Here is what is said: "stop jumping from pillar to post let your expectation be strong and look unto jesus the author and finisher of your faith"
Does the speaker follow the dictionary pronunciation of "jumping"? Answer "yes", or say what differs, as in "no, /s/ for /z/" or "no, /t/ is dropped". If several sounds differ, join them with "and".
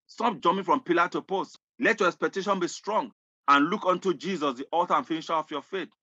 no, /p/ is dropped